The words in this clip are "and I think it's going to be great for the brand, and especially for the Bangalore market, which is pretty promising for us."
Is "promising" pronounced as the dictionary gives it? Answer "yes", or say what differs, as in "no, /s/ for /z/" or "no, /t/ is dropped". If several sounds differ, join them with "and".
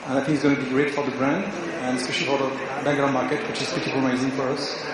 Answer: no, /m/ is dropped